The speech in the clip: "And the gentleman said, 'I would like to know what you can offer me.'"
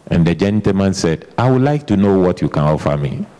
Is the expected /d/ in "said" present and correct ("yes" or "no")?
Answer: yes